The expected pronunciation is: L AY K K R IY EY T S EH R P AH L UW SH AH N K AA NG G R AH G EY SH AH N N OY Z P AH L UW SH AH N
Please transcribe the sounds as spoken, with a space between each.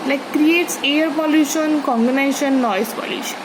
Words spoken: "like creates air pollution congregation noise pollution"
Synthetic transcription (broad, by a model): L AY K K R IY EY T S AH R P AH L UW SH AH N K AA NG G AH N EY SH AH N N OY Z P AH L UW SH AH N